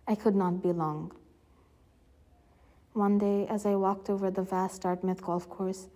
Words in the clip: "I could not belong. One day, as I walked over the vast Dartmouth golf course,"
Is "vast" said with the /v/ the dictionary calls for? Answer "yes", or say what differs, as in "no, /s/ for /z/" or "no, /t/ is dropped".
yes